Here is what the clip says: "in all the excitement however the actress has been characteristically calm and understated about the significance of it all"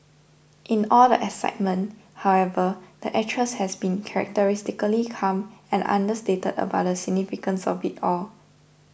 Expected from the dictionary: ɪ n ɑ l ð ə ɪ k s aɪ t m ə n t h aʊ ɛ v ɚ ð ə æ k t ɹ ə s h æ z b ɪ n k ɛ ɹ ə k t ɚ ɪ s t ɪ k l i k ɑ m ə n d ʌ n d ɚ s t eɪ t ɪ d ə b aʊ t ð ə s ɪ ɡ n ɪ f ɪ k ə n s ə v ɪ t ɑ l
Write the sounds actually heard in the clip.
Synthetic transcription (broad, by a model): ɪ n ɑ l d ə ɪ s aɪ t m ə n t h aʊ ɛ v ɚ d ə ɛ t ɹ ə s h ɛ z b ɪ n k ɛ ɹ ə k t ɚ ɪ s t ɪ k l i k ɑ m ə n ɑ n d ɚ s t eɪ t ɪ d ə b aʊ t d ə s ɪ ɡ n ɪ f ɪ k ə n s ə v ɪ t ɑ l